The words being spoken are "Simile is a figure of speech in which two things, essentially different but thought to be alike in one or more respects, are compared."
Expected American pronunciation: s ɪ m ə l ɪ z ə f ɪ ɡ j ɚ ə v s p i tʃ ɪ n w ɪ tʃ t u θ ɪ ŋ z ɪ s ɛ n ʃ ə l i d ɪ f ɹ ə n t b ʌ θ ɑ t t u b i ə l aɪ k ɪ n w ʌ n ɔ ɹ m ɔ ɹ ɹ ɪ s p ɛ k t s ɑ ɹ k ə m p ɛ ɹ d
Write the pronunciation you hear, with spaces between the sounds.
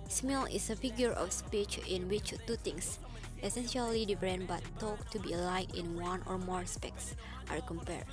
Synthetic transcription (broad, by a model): s m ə l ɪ s ə f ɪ ɡ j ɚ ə f s p i tʃ ɪ n w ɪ tʃ t u t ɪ ŋ s ɪ s ɛ n ʃ ə l i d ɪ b ɹ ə n b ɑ t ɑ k t u b i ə l aɪ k ɪ n w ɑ n ɔ ɹ m ɔ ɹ ɹ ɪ s p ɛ k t s ɑ ɹ k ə m p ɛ ɹ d